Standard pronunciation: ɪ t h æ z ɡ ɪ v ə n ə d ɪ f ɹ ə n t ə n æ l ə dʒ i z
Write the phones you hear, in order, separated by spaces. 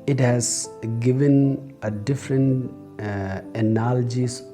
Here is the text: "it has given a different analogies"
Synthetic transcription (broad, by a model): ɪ t h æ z ɡ ɪ v ə n ə d ɪ f ɹ ə n t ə n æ l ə dʒ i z